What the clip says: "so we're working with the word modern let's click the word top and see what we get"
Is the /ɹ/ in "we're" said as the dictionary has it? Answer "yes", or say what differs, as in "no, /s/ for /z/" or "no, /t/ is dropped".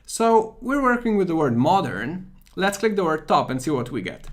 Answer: yes